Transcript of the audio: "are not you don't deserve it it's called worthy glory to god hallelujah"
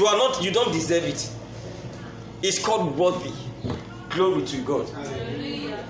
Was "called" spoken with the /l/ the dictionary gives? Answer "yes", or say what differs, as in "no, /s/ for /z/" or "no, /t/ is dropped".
yes